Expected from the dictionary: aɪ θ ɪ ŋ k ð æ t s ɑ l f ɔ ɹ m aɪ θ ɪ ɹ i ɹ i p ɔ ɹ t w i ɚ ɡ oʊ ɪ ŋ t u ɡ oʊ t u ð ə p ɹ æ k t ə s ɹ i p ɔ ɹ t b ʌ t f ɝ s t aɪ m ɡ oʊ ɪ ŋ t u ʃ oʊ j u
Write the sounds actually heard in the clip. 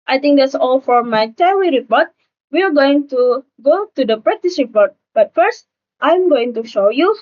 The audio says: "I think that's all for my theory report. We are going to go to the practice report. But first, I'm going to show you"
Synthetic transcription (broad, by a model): aɪ t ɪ ŋ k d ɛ t s ɑ l f ɔ ɹ m aɪ t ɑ w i ɹ i p ɔ ɹ t w i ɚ ɡ oʊ ɪ ŋ t u ɡ oʊ t u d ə p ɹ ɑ t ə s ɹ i p ɔ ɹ t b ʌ t f ɝ s t aɪ m ɡ oʊ ɪ ŋ t u ʃ oʊ j u